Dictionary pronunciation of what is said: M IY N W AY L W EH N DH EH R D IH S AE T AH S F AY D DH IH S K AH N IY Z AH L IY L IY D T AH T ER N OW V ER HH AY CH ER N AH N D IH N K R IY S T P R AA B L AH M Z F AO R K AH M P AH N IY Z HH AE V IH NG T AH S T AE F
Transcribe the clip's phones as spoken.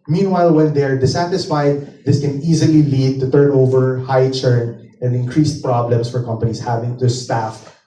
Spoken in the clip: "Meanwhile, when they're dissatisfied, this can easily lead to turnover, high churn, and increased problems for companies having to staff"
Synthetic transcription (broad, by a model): M IY N W AY L W EH N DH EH R D IH S AE T AH S F AY D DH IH S K AH N IY Z AH L IY L IY D T AH T ER N OW V ER HH AY CH ER N AH N D IH N K R IY S T P R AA B L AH M S F AO R K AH M P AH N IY S HH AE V IH NG T AH S T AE F